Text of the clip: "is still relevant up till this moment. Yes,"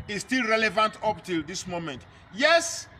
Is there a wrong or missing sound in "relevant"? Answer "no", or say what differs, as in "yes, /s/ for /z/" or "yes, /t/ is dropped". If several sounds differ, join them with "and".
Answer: no